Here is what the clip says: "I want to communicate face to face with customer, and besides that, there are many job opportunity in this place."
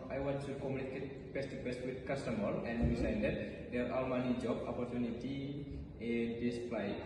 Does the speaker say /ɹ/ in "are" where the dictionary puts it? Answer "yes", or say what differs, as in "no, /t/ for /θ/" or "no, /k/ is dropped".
no, /l/ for /ɹ/